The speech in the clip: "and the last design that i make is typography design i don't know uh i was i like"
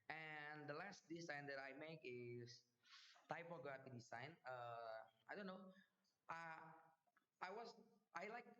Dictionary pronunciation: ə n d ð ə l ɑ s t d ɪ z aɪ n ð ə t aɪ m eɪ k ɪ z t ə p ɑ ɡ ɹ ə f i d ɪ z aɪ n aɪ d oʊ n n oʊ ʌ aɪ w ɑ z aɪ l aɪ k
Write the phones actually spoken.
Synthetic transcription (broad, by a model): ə n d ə l ɑ s t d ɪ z aɪ n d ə t aɪ m eɪ k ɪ s t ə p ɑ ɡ ə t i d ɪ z aɪ n aɪ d oʊ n n oʊ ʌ aɪ w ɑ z aɪ l aɪ k